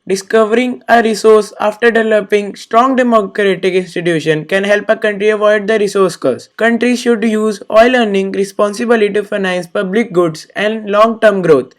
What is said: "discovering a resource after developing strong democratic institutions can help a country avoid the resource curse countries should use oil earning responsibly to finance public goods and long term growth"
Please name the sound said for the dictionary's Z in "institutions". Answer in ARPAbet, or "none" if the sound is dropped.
none